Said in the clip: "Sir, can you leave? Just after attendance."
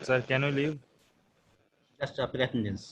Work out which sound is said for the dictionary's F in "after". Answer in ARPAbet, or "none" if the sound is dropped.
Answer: P